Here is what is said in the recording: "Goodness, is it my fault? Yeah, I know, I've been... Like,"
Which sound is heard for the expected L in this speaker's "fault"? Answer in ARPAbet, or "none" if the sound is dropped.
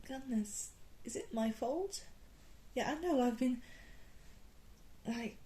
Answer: L